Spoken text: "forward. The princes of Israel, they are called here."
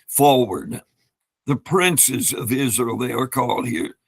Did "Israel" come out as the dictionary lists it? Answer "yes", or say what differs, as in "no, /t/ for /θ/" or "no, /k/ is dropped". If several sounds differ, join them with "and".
yes